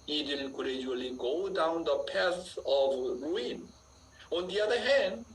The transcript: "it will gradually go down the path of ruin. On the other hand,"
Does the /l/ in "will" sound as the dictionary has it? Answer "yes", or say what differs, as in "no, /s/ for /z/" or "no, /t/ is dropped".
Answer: no, /n/ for /l/